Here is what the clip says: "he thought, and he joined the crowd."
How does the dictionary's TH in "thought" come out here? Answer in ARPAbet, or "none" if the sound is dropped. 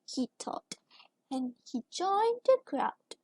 T